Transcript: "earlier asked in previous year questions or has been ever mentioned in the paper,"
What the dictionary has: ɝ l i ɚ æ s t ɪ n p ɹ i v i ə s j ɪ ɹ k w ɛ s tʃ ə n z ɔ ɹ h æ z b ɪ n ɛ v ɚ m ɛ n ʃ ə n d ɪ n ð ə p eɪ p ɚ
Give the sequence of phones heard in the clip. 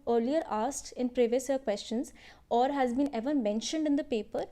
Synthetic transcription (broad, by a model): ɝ l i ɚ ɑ s t ɪ n p ɹ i v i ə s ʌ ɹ k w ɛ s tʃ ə n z ɔ ɹ h æ z b ɪ n ɛ v ɚ m ɛ n ʃ ə n d ɪ n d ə p eɪ p ɚ